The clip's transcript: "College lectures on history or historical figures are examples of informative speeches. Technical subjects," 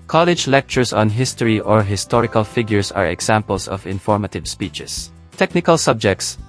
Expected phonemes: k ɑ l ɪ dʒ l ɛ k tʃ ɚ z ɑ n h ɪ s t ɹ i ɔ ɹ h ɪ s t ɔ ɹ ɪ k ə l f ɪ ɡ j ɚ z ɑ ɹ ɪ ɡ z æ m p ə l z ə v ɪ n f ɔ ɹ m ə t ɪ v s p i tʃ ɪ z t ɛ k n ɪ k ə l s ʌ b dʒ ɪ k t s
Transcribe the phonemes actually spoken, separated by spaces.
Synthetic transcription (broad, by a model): k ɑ l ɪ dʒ l ɛ k tʃ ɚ s ɑ n h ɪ s t ɹ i ɔ ɹ h ɪ s t ɔ ɹ ɪ k ə l f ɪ ɡ j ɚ s ɑ ɹ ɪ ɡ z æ m p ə l s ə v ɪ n f ɔ ɹ m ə t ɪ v s p i tʃ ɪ s t ɛ k n ɪ k ə l s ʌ b dʒ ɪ k t s